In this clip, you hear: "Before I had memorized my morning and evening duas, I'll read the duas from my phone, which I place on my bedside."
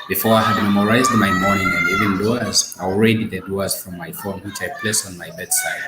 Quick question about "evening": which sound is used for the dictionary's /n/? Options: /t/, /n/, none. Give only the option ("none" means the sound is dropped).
none